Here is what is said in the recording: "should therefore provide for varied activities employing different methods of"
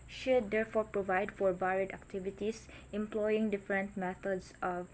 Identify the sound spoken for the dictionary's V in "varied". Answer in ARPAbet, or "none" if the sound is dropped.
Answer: B